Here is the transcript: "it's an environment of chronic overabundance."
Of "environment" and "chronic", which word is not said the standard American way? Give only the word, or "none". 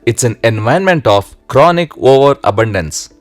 environment